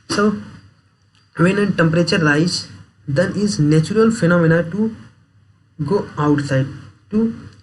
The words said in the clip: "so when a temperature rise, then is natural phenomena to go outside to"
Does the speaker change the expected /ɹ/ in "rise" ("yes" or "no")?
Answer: yes